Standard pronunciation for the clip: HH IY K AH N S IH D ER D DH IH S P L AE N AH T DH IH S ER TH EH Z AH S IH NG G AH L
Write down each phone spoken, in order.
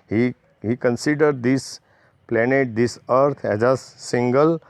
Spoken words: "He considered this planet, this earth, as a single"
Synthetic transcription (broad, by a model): HH IY K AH N S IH D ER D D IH S P L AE N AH T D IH S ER T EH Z AH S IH NG G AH L